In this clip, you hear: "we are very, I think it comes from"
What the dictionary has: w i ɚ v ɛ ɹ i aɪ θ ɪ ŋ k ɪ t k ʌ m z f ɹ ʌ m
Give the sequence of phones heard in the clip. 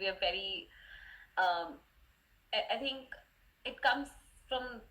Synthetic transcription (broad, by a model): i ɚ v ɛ ɹ i aɪ t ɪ ŋ k ɪ t k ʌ m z f ɹ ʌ m